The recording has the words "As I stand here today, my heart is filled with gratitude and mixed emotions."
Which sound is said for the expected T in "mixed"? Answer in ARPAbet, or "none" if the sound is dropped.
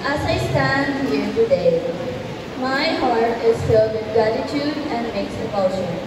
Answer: none